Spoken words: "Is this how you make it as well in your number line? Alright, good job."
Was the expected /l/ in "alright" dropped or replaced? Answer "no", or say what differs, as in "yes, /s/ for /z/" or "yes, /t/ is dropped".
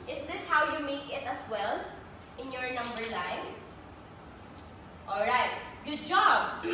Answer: no